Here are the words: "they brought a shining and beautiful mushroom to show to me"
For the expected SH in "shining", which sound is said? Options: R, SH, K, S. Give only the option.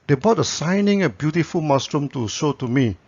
S